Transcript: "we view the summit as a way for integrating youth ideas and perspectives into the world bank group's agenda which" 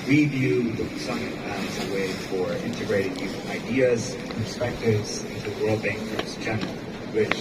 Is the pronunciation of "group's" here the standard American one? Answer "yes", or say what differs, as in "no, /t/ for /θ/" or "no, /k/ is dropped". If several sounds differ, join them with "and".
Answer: no, /p/ is dropped